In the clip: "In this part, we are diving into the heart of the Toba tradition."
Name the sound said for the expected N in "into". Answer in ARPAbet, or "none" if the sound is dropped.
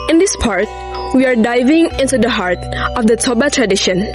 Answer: N